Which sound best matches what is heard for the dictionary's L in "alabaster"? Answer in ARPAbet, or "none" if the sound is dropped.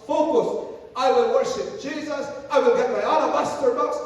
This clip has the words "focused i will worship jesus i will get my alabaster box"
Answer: N